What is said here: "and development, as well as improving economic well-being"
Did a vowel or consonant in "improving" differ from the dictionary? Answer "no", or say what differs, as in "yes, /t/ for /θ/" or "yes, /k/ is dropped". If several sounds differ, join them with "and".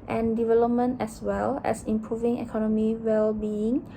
no